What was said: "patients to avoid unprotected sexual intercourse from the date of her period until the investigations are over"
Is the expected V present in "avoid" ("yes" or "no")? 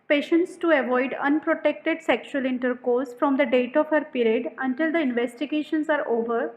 yes